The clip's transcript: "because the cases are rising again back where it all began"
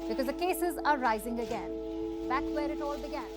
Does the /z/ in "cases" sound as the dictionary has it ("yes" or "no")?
yes